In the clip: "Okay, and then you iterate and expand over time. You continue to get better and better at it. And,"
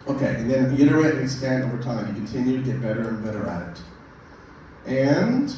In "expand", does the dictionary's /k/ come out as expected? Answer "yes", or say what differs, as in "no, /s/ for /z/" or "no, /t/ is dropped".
no, /k/ is dropped